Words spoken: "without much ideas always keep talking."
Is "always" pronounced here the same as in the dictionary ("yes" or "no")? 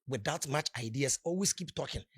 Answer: no